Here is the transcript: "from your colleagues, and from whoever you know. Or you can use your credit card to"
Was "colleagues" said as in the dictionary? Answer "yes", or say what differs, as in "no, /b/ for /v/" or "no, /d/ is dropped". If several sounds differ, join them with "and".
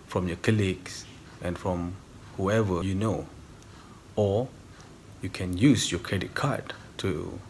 no, /s/ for /z/